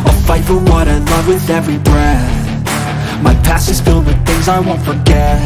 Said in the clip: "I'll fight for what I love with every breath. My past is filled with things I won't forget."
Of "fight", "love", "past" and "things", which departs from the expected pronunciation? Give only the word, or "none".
past